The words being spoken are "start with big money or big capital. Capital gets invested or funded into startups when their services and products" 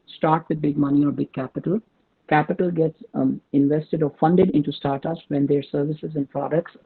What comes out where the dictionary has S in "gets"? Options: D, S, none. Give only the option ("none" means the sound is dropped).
S